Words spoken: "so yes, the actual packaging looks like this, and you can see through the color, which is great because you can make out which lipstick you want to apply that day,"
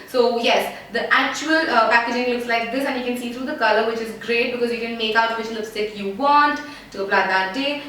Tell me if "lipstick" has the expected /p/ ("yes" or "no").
no